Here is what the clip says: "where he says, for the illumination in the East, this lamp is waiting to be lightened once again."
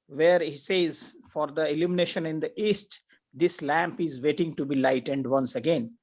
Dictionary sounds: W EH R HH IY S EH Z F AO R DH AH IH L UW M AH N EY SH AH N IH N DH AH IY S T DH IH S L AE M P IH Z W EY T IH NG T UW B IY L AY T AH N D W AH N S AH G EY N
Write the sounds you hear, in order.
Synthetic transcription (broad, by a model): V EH R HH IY S EH Z F AO R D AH IH L UW M AH N EY SH AH N IH N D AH IY S T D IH S L AE M P IH Z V EY T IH NG T UW B IY L AY T AH N D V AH N S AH G EY N